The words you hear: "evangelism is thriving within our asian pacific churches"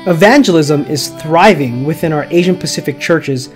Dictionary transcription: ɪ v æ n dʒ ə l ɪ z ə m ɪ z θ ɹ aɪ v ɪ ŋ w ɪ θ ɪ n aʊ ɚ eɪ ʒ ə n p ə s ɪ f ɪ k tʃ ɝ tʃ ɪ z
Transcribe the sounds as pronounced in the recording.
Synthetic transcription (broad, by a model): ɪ v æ n dʒ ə l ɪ z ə m ɪ z θ ɹ aɪ v ɪ ŋ w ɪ θ ɪ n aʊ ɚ eɪ ʒ ə n p ə s ɪ f ɪ k tʃ ɝ tʃ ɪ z